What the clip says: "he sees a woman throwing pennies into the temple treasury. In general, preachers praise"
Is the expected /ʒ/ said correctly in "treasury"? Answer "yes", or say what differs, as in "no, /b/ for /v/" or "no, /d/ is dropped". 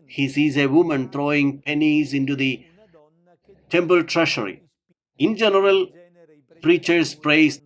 no, /ʃ/ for /ʒ/